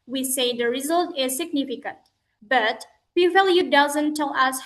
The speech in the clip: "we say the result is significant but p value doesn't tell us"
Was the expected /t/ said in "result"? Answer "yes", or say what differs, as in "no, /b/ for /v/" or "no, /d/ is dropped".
yes